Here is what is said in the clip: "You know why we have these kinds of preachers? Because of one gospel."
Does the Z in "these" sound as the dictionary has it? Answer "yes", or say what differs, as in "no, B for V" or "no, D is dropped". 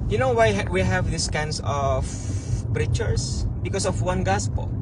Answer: no, S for Z